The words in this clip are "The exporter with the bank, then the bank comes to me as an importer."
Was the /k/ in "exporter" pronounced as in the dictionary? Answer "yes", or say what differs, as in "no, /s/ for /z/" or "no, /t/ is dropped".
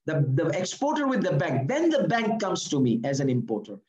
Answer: yes